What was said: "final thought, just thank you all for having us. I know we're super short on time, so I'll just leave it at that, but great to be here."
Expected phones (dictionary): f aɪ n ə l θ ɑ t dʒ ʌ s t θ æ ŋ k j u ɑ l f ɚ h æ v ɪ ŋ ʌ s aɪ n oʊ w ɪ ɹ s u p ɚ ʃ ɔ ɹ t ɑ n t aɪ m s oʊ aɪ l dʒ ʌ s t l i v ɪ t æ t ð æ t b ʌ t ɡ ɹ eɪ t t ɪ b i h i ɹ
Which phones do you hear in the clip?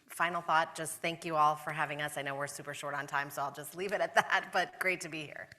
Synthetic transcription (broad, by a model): f aɪ n l θ ɑ t dʒ ʌ s t θ æ ŋ k j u ɑ l f ɚ h æ v ɪ ŋ ʌ s aɪ n oʊ w ɪ ɹ s u p ɚ ʃ ɔ ɹ t n t aɪ m s oʊ aɪ l dʒ ʌ s t l i v ɪ t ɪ t ð æ t b ʌ t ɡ ɹ eɪ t t ɪ b i h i ɹ